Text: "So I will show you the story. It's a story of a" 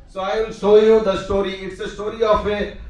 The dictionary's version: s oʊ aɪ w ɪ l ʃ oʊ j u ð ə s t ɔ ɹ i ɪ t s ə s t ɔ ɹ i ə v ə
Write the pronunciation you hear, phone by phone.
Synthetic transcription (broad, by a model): s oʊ aɪ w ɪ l s oʊ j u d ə s t ɔ ɹ i ɪ t s ə s t ɔ ɹ i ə f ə